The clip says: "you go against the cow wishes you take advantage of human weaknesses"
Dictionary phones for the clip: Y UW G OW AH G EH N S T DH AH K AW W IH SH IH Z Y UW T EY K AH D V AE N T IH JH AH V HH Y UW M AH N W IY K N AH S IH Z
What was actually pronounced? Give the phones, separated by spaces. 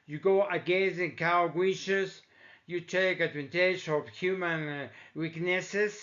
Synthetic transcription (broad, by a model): Y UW G OW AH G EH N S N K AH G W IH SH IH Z Y UW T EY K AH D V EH N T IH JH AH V HH Y UW M AH N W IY K N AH S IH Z